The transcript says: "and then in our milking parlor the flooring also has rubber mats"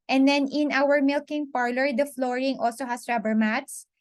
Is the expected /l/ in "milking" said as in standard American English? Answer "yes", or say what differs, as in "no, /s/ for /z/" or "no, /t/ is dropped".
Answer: yes